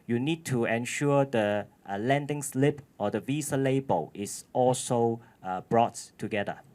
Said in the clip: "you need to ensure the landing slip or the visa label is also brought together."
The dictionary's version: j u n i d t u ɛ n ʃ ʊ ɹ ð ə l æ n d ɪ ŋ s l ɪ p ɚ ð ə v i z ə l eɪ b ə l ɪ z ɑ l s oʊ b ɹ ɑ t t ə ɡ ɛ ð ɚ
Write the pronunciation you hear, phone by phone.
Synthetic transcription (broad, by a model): j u n i d t u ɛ n ʃ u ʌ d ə l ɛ n d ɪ ŋ s l ɪ p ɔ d ə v i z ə l eɪ b ə l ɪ s ɑ l s oʊ b ɹ ɑ t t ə ɡ ɛ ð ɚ